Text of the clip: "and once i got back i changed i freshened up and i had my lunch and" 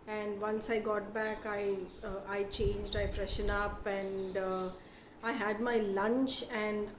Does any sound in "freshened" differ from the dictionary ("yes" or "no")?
yes